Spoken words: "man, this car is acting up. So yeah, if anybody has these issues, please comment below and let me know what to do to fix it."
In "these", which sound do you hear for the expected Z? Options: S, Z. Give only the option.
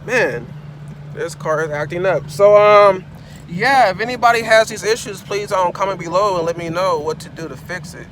Z